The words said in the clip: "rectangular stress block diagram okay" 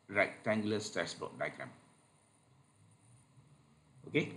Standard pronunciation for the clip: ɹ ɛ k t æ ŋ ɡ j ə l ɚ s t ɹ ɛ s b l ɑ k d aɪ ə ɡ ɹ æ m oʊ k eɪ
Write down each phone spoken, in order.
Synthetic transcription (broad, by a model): ɹ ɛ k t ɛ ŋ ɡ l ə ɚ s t ɛ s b ɑ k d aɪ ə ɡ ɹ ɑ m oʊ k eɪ